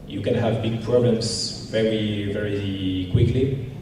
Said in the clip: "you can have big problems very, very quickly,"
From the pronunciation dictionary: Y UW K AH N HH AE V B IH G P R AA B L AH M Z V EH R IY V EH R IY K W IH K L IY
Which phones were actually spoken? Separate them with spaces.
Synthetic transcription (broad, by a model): Y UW K AH N HH AE V B IH G P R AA B L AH M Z V EH R IY V EH R IY K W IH K L IY